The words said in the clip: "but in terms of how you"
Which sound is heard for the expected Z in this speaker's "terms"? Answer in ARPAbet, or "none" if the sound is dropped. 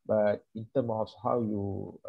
none